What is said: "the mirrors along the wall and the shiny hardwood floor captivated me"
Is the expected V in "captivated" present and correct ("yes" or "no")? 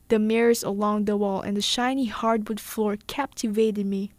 yes